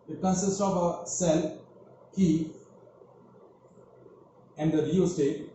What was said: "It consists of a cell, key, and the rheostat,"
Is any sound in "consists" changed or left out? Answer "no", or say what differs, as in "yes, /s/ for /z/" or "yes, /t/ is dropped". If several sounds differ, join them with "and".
yes, /n/ is dropped